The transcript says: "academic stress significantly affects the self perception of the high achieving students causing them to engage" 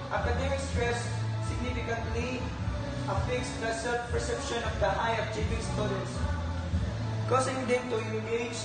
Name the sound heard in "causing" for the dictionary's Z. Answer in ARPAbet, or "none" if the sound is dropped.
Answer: S